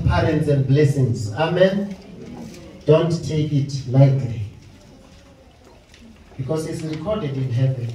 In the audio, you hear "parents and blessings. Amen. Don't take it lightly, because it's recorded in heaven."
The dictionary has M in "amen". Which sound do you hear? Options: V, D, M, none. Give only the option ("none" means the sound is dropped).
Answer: M